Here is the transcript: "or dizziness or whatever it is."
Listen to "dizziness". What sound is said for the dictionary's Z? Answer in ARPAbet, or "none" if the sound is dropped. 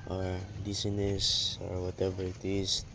S